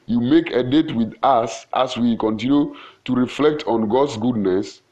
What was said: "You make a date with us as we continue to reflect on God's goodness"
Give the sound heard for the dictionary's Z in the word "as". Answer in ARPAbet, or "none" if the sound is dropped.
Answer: S